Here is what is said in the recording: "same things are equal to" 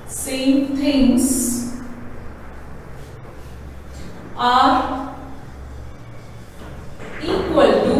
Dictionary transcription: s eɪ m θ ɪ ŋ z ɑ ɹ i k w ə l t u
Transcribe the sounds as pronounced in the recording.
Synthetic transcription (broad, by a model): s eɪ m t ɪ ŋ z ɑ ɹ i k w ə l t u